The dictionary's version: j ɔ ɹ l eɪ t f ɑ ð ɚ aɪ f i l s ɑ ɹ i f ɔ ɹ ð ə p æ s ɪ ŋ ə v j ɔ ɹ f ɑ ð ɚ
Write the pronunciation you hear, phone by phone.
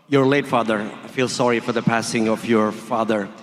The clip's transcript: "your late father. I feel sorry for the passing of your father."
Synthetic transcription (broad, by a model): j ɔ ɹ l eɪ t f ɑ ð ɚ aɪ f i l s ɑ ɹ i f ɔ ɹ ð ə p æ s ɪ ŋ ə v j ɔ ɹ f ɑ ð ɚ